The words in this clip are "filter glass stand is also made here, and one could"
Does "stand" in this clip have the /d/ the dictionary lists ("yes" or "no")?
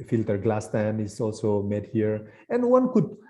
no